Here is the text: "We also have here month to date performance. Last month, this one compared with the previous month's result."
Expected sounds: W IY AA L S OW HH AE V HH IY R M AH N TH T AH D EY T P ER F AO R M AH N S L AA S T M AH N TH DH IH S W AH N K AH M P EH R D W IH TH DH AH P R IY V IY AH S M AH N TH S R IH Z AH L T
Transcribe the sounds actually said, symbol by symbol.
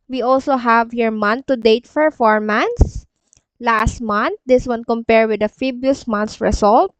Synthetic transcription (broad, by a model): W IY AA L S OW HH AE V HH IY R M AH N T AH D EY T F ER F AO R M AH N S L AA S T M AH N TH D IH S W AH N K AH M P EH R D W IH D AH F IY B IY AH S M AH N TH S R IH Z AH L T